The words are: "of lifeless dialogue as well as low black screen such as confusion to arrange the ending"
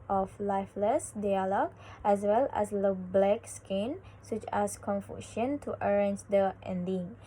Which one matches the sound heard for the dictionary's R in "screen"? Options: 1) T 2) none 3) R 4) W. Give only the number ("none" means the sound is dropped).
2